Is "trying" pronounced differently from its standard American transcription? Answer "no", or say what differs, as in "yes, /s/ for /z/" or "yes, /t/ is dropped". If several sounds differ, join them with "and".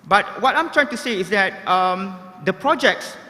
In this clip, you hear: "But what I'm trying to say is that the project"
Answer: no